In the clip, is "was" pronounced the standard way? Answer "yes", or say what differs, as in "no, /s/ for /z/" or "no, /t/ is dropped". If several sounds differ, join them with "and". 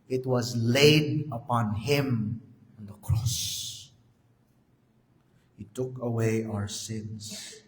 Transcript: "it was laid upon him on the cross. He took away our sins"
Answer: yes